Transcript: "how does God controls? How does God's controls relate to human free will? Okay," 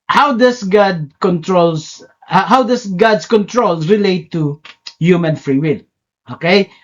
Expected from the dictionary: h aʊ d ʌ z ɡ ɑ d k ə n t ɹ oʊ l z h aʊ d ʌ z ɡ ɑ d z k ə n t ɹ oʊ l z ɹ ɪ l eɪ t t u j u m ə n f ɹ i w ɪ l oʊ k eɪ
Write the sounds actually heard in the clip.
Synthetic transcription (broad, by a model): h aʊ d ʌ s ɡ ɑ d k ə n t ɹ oʊ l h h aʊ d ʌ s ɡ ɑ d s k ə n t ɹ oʊ l s ɹ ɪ l eɪ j t u j u m ə n f ɹ i w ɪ l oʊ k eɪ